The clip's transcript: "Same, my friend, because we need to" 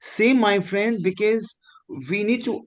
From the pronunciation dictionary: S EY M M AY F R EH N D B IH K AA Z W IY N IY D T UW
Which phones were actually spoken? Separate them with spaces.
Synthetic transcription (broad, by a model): S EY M M AY F R EH N D B IH K AA Z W IY N IY D T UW